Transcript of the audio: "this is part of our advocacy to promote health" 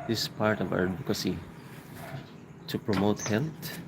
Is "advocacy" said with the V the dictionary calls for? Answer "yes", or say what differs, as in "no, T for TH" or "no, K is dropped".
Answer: no, V is dropped